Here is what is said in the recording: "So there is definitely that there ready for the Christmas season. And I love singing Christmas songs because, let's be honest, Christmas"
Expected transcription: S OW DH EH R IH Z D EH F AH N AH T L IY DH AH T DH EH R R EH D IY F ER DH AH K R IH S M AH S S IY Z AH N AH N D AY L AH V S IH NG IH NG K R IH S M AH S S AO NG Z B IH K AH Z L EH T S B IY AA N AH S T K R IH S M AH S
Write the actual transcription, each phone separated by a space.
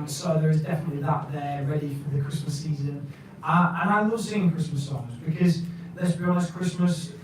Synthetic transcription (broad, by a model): S OW DH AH R IH Z D EH F AH N AH T L IY DH AH T DH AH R R EH D IY F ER DH AH K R IH S M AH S S IY Z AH N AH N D AY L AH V S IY IH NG K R IH S M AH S S AO NG Z B IH K AH Z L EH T S B IY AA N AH S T K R IH S M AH S